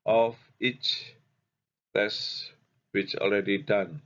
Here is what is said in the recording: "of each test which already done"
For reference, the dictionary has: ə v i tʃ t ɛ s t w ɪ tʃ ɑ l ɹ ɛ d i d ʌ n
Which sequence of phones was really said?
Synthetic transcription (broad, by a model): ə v i tʃ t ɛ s w ɪ tʃ ɑ l ɹ ɛ d i d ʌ n